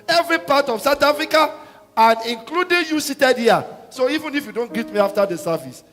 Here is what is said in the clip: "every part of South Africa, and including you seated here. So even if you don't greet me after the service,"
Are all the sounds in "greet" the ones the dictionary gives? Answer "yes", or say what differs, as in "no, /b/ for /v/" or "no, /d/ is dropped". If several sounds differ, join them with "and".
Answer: no, /ɹ/ is dropped